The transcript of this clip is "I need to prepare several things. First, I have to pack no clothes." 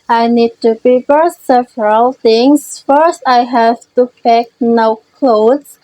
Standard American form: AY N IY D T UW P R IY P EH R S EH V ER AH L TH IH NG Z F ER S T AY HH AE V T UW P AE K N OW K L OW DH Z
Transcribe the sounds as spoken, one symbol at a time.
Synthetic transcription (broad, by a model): AY N IY D T UW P R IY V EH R S EH V ER AH L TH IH NG S F ER S T AY HH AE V T UW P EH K N OW K L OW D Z